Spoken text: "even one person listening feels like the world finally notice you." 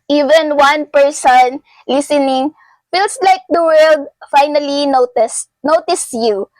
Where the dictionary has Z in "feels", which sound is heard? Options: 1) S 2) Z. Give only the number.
1